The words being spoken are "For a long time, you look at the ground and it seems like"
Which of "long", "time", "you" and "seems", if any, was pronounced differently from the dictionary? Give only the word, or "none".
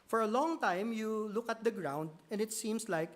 seems